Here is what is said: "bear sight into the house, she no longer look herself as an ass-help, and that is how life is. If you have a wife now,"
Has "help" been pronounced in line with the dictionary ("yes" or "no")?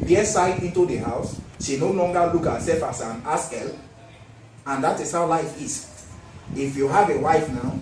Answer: no